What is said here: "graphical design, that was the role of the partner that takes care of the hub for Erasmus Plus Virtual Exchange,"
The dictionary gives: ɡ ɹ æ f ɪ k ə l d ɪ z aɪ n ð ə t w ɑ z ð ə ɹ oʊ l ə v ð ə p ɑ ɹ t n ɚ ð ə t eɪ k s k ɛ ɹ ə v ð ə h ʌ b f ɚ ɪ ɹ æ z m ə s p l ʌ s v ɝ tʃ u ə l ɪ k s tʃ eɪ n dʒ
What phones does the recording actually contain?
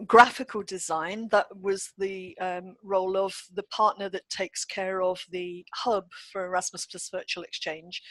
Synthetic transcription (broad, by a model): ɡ ɹ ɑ f ɪ k ə l d ɪ z aɪ n ð ə t w ɑ z ð ə ɹ oʊ l ə v ð ə p ɑ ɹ t n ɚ ð ə t eɪ k s k ɛ ɹ ə v ð ə h ʌ b f ɚ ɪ ɹ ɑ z m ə s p ʌ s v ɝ tʃ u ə l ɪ k s tʃ eɪ n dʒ